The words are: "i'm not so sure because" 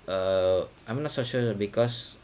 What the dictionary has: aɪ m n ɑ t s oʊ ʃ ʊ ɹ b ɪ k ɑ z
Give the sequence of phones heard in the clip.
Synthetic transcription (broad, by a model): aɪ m n ɑ t s oʊ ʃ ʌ l b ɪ k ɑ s